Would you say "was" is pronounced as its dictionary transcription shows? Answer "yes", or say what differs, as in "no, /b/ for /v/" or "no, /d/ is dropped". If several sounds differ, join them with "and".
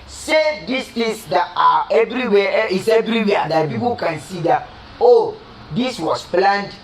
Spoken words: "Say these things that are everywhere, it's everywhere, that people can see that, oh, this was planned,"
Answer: no, /s/ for /z/